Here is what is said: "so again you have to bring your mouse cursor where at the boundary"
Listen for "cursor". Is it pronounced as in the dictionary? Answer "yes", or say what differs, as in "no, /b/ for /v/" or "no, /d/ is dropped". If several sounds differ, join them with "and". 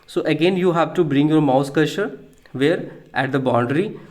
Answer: no, /ʃ/ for /s/